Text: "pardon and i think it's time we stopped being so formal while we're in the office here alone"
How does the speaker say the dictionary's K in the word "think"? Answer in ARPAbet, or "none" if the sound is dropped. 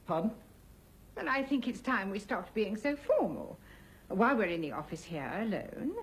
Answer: K